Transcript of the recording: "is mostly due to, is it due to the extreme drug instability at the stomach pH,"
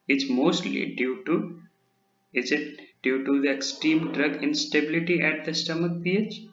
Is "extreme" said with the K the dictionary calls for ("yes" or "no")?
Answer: yes